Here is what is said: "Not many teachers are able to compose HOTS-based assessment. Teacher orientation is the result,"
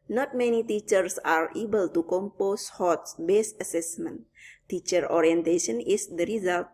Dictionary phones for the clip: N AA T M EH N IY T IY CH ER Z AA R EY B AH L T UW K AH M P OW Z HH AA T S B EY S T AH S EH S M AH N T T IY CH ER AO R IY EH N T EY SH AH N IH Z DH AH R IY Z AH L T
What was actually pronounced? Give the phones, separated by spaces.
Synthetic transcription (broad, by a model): N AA T M EH N IY T IY CH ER S AA R EY B AH L T UW K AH M P OW S HH AA T S B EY S AH S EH S M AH N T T IY CH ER AO R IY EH N T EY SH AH N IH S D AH R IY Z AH L T